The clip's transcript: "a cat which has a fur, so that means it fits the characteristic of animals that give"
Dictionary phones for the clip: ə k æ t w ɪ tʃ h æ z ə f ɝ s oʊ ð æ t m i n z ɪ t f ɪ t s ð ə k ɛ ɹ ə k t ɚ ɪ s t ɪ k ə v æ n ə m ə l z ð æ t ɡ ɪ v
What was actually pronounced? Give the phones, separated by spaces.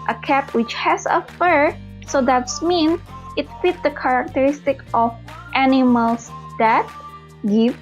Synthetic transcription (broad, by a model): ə k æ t w ɪ tʃ h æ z ə f ɝ s oʊ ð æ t m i n ɪ t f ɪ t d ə k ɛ ɹ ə k t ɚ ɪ s t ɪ k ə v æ n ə m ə l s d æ t ɡ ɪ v